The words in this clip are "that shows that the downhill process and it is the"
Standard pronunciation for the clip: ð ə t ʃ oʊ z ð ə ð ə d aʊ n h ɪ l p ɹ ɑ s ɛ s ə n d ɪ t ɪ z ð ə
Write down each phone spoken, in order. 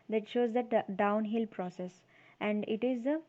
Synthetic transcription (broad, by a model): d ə t ʃ oʊ z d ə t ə d aʊ n h ɪ l p ɹ ɑ s ɛ s ə n d ɪ t ɪ z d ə